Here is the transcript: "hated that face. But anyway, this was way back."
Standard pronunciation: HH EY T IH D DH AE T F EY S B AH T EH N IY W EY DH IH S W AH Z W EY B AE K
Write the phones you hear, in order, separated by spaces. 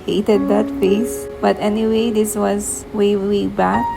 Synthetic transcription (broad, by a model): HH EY T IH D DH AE T F EY S B AH T EH N IY W EY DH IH S W AH Z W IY B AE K